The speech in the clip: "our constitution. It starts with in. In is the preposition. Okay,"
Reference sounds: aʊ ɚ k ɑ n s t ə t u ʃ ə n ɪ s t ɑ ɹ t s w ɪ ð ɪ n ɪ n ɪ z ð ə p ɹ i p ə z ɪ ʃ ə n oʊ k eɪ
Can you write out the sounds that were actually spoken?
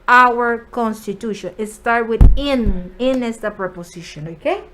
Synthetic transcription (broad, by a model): aʊ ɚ k ɑ n s t ə t u ʃ ə n ɪ s t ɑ ɹ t w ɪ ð ɪ n ɪ n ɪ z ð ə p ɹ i p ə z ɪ ʃ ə n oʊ k eɪ